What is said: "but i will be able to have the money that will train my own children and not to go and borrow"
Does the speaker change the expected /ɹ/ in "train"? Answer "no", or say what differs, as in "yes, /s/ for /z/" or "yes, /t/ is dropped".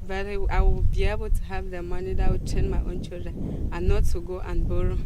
yes, /ɹ/ is dropped